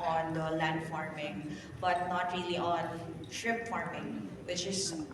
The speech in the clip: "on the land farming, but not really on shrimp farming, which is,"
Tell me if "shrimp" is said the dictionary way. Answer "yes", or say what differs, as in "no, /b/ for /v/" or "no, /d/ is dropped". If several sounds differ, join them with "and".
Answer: no, /m/ is dropped